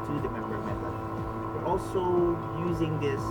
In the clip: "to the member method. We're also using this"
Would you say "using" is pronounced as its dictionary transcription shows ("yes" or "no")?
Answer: yes